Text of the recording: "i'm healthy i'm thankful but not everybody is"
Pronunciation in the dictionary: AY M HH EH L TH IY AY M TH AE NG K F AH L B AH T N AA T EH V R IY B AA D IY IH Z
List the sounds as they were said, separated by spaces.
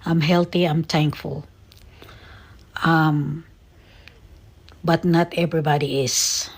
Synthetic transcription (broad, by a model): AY M HH EH L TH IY AY M T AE NG K F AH L B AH T N AA T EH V R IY B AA D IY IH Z